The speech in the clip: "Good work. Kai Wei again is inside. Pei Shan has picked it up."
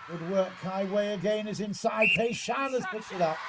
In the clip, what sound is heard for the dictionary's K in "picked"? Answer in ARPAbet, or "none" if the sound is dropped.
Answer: none